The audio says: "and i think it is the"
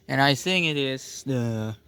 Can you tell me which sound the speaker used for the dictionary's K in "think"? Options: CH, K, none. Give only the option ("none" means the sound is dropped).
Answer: none